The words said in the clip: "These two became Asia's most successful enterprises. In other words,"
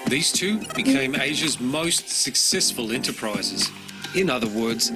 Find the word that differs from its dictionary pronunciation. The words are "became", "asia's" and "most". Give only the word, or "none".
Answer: none